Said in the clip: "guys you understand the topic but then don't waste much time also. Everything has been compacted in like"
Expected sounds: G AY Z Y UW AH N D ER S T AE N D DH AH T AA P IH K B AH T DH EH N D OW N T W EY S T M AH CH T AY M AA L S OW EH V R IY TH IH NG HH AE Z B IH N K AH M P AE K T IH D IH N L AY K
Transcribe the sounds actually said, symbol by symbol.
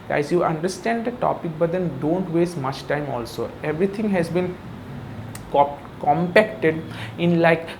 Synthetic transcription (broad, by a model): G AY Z Y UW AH N D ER S T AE N D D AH T AA P IH K B AH T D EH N D OW N T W EY S T M AH CH T AY M AA L S OW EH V R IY T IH NG HH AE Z B IH N K AH M P AE K T IH D IH N L AY K